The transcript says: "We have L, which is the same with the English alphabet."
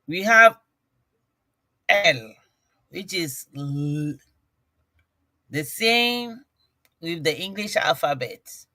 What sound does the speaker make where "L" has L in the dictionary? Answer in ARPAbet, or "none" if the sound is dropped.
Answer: L